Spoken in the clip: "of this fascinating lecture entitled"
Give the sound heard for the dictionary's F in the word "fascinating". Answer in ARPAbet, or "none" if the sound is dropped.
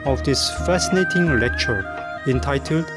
F